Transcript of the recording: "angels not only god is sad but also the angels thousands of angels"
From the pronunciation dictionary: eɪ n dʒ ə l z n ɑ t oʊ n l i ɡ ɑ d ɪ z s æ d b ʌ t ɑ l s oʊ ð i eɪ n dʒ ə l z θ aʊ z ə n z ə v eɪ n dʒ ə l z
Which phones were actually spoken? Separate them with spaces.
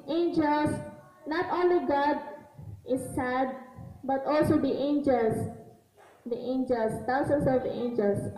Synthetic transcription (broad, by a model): eɪ n dʒ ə l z n ɑ t oʊ n l i ɡ ɑ d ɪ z s æ d b ʌ t ɑ l s oʊ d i eɪ n dʒ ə l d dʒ aʊ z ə n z ə v eɪ n dʒ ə l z